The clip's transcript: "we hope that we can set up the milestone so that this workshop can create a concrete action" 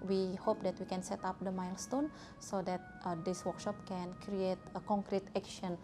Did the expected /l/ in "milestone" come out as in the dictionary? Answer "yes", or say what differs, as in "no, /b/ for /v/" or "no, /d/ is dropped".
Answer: yes